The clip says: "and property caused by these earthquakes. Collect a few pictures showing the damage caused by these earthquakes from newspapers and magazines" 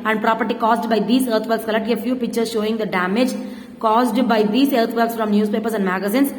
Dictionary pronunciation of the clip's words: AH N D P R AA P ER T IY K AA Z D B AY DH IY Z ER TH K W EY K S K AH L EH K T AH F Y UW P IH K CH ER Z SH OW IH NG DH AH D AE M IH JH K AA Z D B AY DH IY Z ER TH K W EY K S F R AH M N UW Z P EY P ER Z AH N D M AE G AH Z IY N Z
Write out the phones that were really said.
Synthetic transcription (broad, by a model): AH N D P R AA P ER T IY K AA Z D B AY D IY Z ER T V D K S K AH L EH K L AH F Y UW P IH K CH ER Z SH OW IH NG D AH D AE M IH JH K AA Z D B AY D IY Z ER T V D K S F R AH M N UW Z P EY P ER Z AH N D M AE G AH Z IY N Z